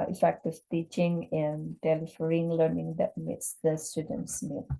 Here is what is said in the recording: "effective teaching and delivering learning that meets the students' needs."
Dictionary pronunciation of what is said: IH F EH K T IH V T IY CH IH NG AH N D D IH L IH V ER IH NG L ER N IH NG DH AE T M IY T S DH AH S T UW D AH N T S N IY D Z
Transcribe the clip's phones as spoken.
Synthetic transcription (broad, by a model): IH F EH K T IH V T IY CH IH NG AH N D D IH L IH F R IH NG L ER N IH NG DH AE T M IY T S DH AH S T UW D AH N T S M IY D